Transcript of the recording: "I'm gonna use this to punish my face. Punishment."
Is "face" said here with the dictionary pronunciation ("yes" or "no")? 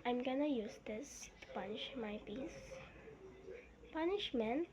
no